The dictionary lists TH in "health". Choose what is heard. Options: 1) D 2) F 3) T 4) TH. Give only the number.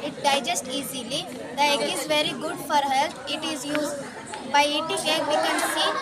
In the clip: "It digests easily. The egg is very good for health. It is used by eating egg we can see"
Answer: 3